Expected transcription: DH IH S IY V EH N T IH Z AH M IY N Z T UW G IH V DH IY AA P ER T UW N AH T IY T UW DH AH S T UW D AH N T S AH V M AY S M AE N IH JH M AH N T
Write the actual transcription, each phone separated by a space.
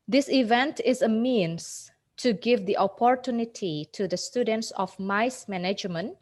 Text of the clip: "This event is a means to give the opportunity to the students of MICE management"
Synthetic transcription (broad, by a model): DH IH S IY V EH N T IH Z AH M IY N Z T UW G IH V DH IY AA P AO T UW N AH T IY T UW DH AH S T UW D AH N T S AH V M AY S M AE N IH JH M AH N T